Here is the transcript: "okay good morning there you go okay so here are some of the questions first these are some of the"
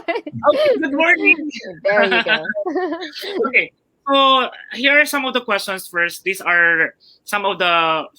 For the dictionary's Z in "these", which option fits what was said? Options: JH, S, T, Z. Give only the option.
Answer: S